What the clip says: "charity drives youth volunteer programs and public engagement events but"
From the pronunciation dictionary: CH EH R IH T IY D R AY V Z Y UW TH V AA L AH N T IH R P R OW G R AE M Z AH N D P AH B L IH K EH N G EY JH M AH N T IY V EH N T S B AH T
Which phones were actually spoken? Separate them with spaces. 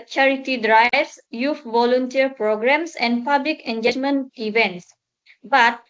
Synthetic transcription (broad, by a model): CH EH R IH T IY D R AY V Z Y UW F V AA L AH N T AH R P R OW G R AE M S AH N D P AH B L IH K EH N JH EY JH M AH N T IY V EH N T S B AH T